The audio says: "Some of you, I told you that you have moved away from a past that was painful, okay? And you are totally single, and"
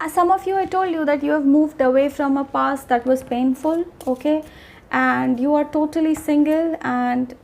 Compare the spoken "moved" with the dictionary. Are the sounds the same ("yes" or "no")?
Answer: yes